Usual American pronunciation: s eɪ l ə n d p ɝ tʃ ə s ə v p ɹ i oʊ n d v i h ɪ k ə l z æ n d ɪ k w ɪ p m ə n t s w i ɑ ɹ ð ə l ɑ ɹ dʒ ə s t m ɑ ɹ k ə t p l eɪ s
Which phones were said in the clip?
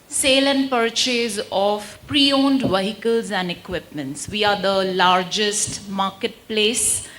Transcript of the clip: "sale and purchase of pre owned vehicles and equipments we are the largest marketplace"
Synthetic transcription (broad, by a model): s eɪ l ə n d p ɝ tʃ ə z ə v p ɹ i oʊ n d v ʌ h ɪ k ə l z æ n d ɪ k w ɪ p m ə n t s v i ɑ ɹ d ə l ɑ ɹ dʒ ə s t m ɑ ɹ k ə t p l eɪ s